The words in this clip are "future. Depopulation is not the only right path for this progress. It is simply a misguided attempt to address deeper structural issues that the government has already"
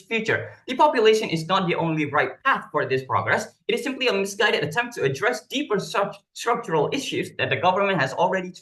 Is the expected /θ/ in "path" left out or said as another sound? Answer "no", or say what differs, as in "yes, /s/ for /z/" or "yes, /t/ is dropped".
no